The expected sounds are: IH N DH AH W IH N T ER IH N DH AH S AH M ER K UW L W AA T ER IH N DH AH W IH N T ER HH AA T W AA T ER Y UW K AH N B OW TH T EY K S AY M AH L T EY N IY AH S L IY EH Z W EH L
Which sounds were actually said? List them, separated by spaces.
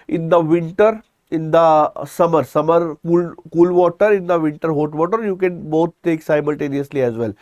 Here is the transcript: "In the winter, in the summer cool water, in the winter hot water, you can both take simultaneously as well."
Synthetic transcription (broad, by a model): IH N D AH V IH N T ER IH N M AH S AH M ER K UW L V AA T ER IH N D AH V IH N T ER HH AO T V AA T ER Y UW K AH N B OW T EY K S AY M AH L T EY N IY AH S L IY EH Z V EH L